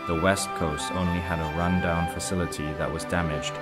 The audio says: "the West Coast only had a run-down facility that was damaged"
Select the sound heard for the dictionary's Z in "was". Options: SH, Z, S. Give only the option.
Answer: Z